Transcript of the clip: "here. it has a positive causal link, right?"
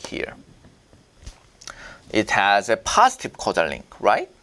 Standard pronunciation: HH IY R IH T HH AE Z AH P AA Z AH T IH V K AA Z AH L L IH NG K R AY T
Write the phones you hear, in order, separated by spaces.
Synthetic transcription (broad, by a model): HH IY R IH T HH AE Z AH P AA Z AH T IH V K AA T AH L L IH NG K R AY T